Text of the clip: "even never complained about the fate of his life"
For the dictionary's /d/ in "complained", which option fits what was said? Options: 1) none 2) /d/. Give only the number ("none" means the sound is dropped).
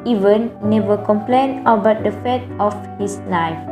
1